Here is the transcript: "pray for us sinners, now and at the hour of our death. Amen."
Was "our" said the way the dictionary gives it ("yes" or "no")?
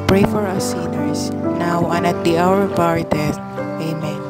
yes